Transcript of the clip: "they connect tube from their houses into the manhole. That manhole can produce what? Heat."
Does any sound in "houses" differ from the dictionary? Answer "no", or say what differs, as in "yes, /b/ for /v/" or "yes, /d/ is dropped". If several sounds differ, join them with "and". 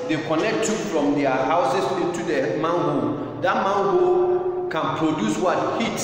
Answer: yes, /s/ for /z/